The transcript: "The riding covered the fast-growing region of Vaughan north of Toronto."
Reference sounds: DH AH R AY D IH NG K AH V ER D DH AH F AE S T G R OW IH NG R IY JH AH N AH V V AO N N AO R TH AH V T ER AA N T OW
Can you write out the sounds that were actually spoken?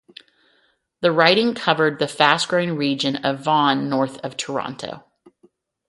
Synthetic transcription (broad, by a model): DH AH R AY D IH NG K AH V ER D DH AH F AE S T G R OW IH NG R IY JH AH N AH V V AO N N AO R TH AH V T ER AA N T OW